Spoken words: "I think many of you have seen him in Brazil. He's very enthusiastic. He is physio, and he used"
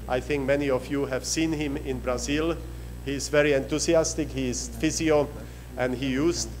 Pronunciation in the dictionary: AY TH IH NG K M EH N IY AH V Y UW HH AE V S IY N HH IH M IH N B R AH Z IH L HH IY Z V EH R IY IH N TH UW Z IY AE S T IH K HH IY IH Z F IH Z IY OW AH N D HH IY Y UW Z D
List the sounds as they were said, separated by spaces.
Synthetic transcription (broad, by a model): AY TH IH NG K M EH N IY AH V Y UW HH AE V S IY N HH IH M IH N B R AH Z IH L HH IY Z V EH R IY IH N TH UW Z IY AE S T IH K HH IY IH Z F IH Z IY OW AH N D HH IY Y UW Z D